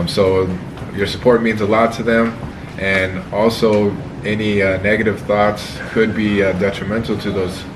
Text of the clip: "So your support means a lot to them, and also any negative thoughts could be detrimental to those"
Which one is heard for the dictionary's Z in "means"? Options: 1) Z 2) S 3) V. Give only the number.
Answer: 1